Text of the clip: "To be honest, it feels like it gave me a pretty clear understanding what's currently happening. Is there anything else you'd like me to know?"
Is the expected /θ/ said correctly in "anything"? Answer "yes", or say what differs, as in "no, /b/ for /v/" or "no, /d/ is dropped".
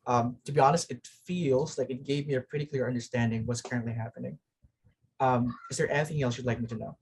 yes